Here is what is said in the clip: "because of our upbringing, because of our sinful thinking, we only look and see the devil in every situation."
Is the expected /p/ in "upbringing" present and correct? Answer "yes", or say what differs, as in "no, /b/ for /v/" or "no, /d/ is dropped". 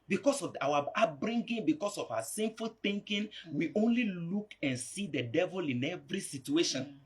no, /p/ is dropped